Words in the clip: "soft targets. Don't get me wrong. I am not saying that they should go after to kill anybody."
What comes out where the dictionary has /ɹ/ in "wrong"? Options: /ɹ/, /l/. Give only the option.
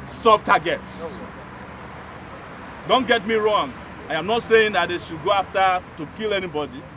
/ɹ/